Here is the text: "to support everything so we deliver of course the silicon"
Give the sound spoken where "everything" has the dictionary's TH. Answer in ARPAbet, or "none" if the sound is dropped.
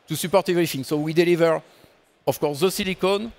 F